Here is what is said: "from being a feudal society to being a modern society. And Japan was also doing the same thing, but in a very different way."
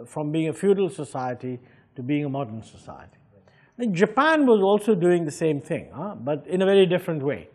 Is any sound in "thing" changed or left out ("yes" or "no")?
no